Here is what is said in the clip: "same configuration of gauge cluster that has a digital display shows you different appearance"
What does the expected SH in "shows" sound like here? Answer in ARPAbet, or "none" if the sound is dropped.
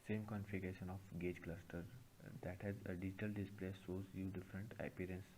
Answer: S